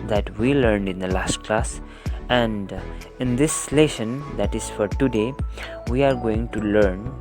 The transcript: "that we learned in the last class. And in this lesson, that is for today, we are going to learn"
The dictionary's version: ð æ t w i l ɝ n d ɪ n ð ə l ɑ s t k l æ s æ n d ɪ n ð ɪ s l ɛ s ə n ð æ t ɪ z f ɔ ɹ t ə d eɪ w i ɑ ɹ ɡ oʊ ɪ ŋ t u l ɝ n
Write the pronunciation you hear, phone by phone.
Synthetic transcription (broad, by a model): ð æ t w i l ɝ n d ɪ n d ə l ɑ s t k l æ s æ n d ɪ n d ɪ s l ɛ ʃ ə n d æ t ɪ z f ɔ ɹ t ə d eɪ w i ɑ ɹ ɡ oʊ ɪ ŋ t u l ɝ n